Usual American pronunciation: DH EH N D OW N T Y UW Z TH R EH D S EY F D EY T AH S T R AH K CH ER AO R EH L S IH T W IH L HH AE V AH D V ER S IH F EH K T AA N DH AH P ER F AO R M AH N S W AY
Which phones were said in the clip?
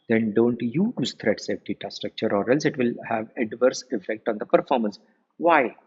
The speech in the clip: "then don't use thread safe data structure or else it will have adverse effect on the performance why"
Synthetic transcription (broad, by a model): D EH N D OW N T Y UW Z T R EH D S EY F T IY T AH S T R AH K CH ER AO R EH L S IH T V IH L HH AE V AH D V ER S IH F EH K T AA N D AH P ER F AO R M AH N S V AY